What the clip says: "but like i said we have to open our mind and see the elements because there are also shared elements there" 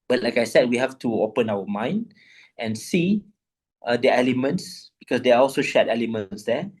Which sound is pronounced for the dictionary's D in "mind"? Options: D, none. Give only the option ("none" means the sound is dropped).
D